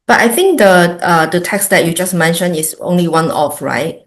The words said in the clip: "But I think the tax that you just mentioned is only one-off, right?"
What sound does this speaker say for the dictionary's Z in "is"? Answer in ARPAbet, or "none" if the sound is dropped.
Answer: S